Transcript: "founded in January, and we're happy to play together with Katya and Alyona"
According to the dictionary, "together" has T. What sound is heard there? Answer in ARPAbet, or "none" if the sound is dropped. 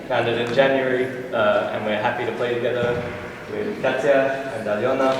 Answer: T